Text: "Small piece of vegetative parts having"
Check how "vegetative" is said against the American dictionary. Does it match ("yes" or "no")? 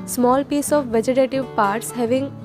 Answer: yes